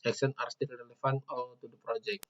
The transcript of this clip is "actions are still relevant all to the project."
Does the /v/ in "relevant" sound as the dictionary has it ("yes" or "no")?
no